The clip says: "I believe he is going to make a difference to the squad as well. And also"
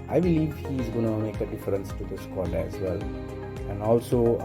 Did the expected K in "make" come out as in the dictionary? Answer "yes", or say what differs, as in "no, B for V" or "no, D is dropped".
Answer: yes